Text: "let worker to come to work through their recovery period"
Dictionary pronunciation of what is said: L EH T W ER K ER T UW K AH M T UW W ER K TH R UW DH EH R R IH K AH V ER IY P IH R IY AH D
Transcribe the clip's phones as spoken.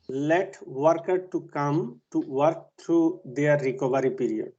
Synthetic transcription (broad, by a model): L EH T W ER K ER T UW K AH M T UW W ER K T R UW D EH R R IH K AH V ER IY P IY R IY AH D